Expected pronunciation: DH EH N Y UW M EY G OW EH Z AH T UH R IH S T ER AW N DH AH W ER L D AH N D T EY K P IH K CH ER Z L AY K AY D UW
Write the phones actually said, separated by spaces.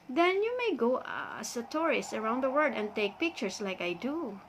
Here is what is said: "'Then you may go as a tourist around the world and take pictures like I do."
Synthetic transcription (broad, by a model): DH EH N Y UW M EY G OW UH S AH T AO R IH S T ER AW N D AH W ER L D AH N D T EY K P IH K CH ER S L AY K AY D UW